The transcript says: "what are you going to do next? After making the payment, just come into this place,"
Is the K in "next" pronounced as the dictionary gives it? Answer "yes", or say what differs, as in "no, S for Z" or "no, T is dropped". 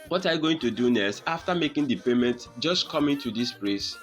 no, K is dropped